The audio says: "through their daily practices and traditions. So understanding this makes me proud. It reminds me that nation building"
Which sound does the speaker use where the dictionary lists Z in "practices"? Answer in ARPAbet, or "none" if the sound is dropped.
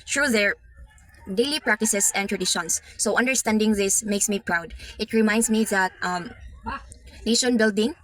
S